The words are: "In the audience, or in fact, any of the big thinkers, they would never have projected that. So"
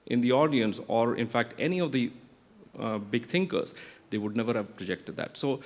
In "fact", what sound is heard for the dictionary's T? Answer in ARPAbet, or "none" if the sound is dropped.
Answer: T